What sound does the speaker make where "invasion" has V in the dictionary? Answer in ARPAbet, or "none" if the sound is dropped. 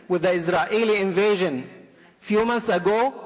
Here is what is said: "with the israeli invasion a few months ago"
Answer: V